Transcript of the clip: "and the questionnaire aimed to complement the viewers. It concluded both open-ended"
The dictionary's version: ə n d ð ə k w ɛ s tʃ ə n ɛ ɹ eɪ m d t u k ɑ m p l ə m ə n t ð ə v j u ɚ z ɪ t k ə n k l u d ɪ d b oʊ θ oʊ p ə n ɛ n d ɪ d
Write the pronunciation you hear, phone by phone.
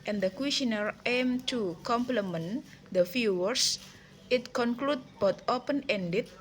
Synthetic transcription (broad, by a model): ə n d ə k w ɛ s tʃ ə n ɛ ɹ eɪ m t u k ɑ m p l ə m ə n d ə f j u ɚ s ɪ t k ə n k l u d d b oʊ t oʊ p ə n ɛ n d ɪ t